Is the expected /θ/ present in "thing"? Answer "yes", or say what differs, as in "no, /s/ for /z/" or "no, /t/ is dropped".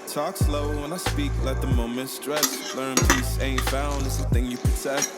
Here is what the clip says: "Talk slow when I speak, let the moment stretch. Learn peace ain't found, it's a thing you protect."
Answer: yes